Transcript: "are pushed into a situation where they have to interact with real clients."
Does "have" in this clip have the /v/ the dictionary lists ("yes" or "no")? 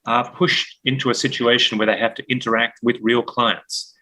no